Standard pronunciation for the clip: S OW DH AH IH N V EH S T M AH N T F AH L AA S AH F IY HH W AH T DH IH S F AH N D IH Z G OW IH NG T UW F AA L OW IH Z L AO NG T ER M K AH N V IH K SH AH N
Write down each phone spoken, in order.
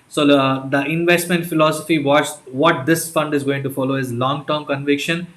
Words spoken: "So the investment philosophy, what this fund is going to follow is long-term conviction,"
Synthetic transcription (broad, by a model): S OW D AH IH N V EH S T M AH N T F AH L AA S AH F IY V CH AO T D IH S F AH N D IH Z G OW IH NG T UW F AA L OW IH Z L AO NG T ER M K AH N V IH K SH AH N